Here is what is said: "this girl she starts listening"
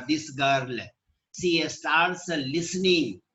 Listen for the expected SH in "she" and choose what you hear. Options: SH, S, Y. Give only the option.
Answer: S